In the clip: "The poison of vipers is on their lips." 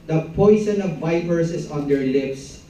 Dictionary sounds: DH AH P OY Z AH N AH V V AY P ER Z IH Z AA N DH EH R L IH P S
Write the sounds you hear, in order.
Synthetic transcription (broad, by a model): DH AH P OY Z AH N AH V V AY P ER S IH S AA N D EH R L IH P S